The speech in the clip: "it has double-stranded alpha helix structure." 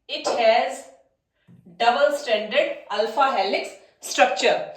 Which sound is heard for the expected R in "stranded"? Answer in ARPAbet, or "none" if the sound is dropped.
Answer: none